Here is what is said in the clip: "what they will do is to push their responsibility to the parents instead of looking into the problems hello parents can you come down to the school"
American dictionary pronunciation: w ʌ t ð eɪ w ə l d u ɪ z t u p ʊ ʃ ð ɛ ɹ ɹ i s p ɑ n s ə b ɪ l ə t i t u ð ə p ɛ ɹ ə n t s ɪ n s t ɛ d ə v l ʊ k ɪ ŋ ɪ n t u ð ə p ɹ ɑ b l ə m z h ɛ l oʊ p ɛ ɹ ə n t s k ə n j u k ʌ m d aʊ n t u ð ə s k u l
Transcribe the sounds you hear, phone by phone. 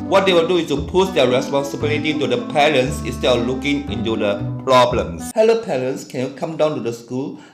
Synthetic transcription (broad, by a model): w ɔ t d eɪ w ə l d u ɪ s t u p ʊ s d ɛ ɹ ɹ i s p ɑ n s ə b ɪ l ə t i t u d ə p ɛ ɹ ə n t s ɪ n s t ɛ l l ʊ k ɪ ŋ ɪ n t u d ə p ɹ ɑ b l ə m s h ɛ l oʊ p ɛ ɹ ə n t s k ə n j u k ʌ m d aʊ n t u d ə s k u l